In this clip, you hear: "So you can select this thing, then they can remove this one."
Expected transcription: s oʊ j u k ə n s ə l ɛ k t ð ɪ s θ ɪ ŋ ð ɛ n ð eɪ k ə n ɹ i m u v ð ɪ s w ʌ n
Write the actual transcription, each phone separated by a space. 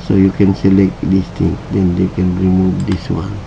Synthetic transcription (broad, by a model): s oʊ j u k ə n s ə l ɛ k t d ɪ s t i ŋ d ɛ n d eɪ k ə n ɹ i m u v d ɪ s w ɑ n